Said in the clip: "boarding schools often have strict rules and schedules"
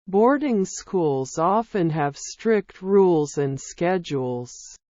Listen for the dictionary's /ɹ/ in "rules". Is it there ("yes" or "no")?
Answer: yes